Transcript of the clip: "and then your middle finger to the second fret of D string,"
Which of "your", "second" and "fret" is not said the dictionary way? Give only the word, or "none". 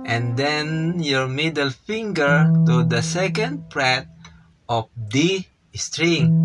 fret